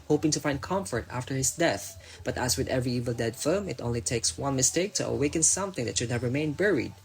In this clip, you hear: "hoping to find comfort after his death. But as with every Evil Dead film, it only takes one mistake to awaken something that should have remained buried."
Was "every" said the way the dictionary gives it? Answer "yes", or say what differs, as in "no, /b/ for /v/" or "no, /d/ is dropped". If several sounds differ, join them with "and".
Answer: yes